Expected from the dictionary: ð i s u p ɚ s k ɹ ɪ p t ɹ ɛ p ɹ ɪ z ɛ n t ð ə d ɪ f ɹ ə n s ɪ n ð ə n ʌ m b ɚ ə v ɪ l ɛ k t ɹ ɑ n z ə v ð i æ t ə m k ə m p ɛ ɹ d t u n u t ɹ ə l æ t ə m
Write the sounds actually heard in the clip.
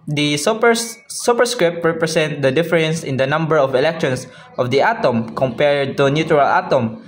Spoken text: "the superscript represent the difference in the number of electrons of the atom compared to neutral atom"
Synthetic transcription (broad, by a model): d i s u p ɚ s k ɹ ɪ p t ɹ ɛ p ɹ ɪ s ɛ n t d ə d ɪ f ɹ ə n s ɪ n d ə n ʌ m b ɚ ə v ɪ l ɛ k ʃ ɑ n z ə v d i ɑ t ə m k ə m p ɛ ɹ d t u n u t ɹ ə l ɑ t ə m